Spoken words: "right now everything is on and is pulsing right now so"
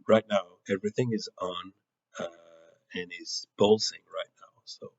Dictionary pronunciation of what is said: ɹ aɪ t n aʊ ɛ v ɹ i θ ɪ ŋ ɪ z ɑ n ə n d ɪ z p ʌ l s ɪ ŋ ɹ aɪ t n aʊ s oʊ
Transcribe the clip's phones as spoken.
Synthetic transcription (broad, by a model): ɹ aɪ t n aʊ ɛ v ɹ i θ ɪ ŋ ɪ z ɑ n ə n ɪ z b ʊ l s ɪ ŋ ɹ aɪ t n aʊ s oʊ